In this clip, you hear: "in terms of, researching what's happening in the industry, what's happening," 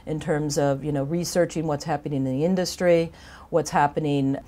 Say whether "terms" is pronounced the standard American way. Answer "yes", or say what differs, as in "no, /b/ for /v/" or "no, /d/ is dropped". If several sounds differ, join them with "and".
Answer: yes